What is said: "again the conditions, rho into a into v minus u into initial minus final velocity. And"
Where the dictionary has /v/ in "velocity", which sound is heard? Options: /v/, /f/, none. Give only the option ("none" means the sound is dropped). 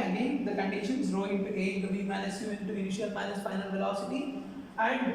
/v/